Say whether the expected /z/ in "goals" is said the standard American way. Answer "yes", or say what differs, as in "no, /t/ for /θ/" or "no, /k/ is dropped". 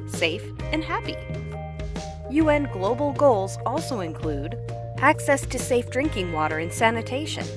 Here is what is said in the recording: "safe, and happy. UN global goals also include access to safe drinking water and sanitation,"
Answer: yes